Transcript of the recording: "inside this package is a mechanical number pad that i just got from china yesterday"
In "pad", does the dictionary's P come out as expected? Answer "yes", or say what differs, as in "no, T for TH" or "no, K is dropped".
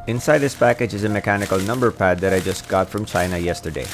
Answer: yes